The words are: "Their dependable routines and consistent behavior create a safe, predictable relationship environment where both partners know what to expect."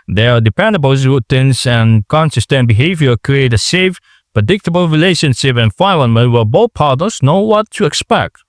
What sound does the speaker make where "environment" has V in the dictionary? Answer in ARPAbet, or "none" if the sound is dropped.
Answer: F